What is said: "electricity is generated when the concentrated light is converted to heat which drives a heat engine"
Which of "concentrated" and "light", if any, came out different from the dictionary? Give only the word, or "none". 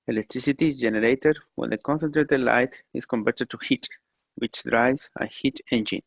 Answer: none